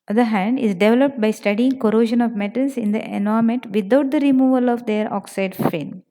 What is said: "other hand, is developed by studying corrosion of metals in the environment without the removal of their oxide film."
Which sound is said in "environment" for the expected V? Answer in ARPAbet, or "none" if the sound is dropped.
none